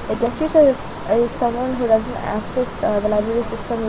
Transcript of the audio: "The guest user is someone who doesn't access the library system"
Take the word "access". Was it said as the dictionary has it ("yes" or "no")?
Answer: yes